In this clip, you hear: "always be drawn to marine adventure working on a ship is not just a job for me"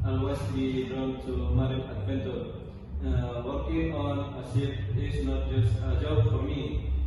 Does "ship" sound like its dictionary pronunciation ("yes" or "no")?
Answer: no